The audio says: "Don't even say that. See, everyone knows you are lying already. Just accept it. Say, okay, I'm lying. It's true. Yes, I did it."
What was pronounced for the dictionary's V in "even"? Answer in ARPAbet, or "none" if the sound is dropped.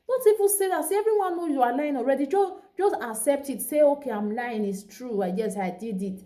P